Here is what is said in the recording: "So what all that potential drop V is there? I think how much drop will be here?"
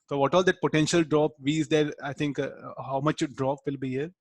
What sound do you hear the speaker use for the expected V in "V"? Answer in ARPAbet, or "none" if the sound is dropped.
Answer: V